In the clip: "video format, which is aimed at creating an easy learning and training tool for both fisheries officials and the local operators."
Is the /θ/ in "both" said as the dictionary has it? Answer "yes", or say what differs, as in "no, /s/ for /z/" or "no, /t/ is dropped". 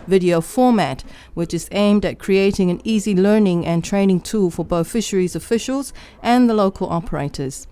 yes